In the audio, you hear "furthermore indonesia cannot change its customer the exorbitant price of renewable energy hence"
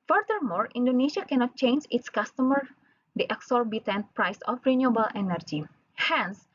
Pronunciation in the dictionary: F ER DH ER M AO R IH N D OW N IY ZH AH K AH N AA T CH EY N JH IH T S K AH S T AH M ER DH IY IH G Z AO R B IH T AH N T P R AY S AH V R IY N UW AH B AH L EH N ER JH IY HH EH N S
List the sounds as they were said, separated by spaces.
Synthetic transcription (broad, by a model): F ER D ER M AO R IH N D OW N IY SH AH K AH N AA T CH EY N JH IH T S K AH S T AH M ER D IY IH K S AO R B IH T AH N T P R AY S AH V R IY N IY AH B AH L EH N ER JH IY HH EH N S